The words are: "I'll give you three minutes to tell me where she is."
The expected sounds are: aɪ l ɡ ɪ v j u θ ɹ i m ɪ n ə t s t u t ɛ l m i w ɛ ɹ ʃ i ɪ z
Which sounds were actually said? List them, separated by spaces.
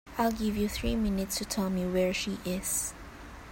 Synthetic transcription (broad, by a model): aɪ l ɡ ɪ v j u θ ɹ i m ɪ n ə t s t u t ɛ l m i w ɛ ɹ ʃ i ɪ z